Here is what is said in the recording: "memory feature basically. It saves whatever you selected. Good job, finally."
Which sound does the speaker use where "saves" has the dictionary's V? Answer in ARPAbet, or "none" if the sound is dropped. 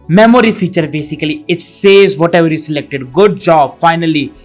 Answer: none